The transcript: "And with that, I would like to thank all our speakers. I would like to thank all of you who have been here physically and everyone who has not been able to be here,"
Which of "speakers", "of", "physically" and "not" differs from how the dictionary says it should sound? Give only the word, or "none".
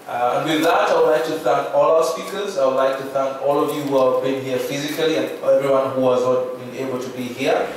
none